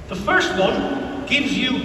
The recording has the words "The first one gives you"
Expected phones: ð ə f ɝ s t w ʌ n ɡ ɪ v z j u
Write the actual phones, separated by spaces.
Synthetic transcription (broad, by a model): ð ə f ɝ s t w ʌ n ɡ ɪ v z j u